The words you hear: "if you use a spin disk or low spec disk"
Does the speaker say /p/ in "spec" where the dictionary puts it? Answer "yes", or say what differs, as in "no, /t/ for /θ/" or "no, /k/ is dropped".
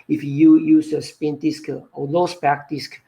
no, /b/ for /p/